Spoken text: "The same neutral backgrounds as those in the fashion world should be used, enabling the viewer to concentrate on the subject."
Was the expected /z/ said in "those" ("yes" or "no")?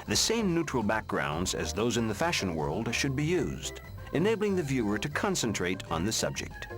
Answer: yes